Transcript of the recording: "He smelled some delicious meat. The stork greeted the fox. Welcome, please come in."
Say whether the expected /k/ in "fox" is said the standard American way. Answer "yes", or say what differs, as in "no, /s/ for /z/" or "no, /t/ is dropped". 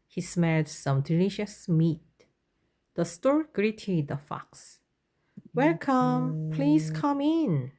yes